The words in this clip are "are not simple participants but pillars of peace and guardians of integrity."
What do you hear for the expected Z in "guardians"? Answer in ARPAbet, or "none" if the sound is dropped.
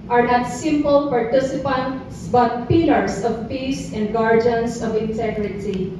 S